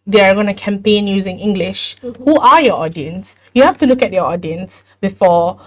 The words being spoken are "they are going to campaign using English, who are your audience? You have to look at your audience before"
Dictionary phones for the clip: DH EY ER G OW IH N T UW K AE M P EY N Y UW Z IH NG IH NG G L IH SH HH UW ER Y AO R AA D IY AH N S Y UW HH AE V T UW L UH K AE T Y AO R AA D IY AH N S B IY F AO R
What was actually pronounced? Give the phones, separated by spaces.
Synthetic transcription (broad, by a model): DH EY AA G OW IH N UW K AE M P EY N Y UW Z IH NG IH NG G L IH SH HH UW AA Y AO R AA D IY AH N S Y UW HH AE F T UW L UH K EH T Y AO AA D IY AH N S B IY F AO